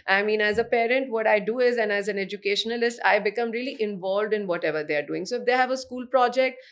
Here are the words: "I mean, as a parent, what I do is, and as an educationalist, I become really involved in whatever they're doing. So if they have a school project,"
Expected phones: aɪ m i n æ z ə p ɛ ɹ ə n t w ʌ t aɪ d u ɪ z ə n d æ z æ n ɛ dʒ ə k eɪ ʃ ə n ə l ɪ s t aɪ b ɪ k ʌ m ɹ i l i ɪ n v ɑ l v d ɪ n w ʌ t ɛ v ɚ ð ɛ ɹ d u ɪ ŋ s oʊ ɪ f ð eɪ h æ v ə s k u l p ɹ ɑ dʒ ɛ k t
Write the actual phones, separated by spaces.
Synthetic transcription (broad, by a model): aɪ m i n æ z ə p ɛ ɹ ə n t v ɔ t aɪ d u ɪ z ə n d æ z æ n ɛ dʒ ə k eɪ ʃ ə n ə l ɪ s t aɪ b ɪ k ʌ m ɹ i l i ɪ n v ɑ l v d ɪ n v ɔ t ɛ v ɚ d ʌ ɹ d u ɪ ŋ s oʊ ɪ f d eɪ h æ v ə s k u l p ɹ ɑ dʒ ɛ k t